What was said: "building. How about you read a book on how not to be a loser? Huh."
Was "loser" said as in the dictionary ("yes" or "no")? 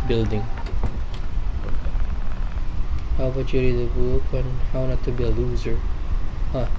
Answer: yes